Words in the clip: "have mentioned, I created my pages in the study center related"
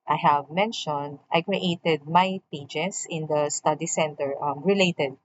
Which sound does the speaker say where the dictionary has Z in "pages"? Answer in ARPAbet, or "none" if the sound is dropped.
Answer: S